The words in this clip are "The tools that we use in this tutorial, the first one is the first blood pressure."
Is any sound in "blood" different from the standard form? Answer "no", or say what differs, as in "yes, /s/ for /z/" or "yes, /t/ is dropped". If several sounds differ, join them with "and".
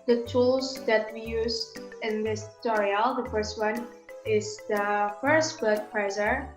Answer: yes, /l/ is dropped